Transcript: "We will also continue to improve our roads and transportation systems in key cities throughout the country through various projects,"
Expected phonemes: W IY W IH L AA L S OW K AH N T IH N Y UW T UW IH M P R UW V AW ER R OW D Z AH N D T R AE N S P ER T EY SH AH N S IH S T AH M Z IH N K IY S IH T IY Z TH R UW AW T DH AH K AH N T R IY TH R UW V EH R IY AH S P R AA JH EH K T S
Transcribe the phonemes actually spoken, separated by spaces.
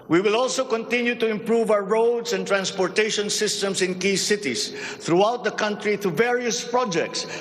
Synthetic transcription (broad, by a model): W IY W IH L AA L S OW K AH N T IH N Y UW T UW IH M P R UW V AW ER R OW D S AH N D T R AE N S P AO T EY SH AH N S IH S T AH M S IH N K IY S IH T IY S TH R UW AW T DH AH K AH N T R IY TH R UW V EH R IY AH S P R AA JH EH K T S